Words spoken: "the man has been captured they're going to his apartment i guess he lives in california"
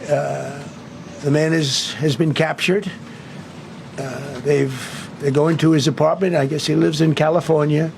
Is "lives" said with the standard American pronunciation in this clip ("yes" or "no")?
yes